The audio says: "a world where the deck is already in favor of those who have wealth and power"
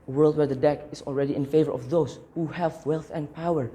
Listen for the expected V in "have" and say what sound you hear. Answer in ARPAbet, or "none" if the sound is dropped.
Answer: V